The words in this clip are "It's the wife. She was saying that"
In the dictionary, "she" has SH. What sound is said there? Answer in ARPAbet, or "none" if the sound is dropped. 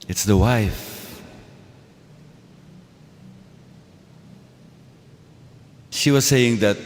SH